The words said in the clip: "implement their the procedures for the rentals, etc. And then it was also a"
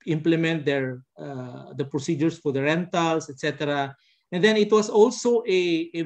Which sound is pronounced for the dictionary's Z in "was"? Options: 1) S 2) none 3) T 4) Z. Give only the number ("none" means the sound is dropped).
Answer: 1